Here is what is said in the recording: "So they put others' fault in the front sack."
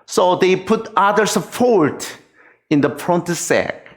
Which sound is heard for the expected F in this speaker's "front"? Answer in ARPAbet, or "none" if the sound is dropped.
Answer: P